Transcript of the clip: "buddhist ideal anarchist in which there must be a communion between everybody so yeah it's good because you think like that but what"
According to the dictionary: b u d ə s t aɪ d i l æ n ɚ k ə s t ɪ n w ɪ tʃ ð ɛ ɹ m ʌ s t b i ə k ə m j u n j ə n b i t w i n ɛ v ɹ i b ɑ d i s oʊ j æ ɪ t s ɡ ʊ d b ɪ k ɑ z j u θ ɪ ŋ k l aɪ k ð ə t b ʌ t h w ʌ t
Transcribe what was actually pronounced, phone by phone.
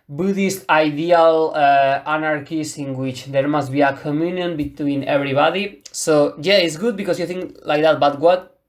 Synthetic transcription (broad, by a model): b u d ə s t aɪ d i l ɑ n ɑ k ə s ɪ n w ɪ tʃ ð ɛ ɹ m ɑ s t b i ə k ə m j u n j ə n b i t w i n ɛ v ɹ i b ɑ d i s oʊ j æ ɪ t s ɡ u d b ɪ k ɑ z j u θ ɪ ŋ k l aɪ k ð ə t b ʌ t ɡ w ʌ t